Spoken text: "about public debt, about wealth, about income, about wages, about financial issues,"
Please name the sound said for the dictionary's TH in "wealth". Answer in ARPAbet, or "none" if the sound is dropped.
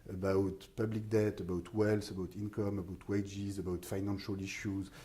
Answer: S